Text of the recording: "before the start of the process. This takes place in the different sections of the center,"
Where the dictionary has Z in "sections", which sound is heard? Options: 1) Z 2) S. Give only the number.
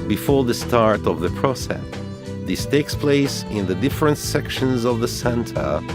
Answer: 1